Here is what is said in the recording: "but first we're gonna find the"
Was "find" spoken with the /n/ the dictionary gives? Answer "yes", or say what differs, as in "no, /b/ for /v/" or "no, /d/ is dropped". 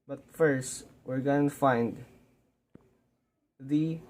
yes